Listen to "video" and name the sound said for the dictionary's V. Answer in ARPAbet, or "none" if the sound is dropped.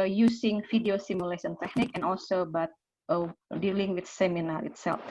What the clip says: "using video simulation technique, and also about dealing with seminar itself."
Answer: F